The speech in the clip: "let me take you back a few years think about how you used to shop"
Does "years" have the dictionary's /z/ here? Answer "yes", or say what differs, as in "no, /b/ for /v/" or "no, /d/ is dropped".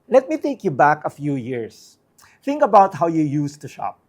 no, /s/ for /z/